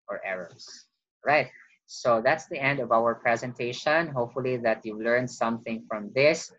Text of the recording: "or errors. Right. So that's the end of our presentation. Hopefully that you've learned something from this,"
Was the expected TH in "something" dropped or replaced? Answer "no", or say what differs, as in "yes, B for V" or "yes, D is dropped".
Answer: no